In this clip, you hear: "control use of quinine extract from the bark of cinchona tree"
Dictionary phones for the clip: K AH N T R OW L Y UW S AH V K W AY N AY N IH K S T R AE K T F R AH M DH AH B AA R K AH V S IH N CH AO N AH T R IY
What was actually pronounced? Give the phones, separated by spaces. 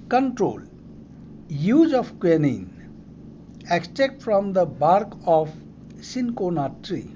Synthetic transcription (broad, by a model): K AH N T R OW L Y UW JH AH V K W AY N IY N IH K S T EH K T F R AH M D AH B AA R K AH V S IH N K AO N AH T R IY